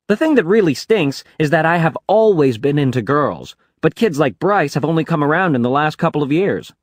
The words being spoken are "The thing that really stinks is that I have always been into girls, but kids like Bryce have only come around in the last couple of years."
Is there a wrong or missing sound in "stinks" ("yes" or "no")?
no